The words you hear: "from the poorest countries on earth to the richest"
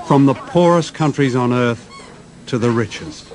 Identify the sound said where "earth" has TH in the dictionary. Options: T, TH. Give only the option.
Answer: TH